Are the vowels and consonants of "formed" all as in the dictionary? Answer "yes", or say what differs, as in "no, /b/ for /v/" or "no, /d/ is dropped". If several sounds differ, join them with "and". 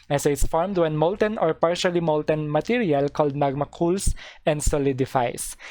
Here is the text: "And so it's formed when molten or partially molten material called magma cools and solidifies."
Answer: yes